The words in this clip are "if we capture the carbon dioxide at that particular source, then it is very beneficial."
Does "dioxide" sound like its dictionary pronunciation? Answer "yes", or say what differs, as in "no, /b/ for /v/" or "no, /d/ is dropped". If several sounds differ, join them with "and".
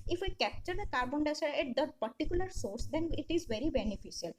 no, /k/ is dropped